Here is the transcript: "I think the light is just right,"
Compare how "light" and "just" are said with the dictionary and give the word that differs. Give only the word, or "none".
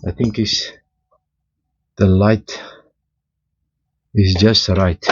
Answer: none